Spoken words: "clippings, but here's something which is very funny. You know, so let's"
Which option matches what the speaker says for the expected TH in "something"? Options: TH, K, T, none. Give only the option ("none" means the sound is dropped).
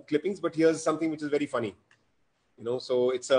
T